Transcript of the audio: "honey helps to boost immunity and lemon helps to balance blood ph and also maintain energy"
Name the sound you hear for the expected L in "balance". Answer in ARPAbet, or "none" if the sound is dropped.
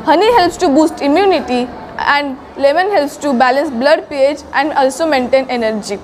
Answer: L